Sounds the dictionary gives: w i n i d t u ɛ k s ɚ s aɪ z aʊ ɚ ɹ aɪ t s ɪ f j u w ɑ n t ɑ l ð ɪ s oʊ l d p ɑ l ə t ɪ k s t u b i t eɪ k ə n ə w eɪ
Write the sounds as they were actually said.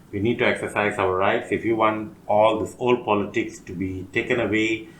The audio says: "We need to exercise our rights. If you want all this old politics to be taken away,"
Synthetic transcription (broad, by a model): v i n i d t u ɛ k s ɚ s aɪ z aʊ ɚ ɹ aɪ t s ɪ f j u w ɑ n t ɑ l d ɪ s oʊ l d p ɑ l ə t ɪ k s t u b i t eɪ k ə n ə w eɪ